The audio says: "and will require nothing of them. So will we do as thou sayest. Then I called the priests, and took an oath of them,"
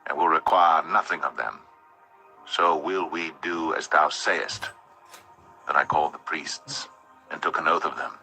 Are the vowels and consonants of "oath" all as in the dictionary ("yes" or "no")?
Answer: yes